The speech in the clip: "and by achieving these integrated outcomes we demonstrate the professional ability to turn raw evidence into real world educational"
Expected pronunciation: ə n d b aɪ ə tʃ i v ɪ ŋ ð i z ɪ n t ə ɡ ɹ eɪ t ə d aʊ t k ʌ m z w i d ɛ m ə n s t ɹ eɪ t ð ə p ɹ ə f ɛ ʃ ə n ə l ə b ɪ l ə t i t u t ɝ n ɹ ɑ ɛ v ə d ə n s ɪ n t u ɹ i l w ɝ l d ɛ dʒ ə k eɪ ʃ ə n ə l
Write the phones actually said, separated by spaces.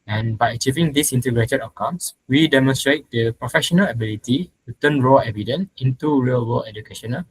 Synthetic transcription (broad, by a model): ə n b aɪ ə tʃ i v ɪ ŋ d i s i n t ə ɡ ɹ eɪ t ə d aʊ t k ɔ m s w i d ɛ m ə n s t ɹ eɪ t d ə p ɹ ə f ɛ ʃ ə n ə l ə b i l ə t i t u t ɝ n ɹ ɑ ɛ v ə d ə n s ɪ n t u ɹ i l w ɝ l ɛ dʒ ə k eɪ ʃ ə n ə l